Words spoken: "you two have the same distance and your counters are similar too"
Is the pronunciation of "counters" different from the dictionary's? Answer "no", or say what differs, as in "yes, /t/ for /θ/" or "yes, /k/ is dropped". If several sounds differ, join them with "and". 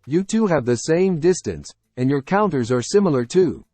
no